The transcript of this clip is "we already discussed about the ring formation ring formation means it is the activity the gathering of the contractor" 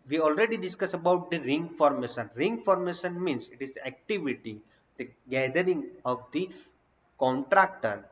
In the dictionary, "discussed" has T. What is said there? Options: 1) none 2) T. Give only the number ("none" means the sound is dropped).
1